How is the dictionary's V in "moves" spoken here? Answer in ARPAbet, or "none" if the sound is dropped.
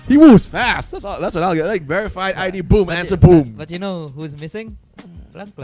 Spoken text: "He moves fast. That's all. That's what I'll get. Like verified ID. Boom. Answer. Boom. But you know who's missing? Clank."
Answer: none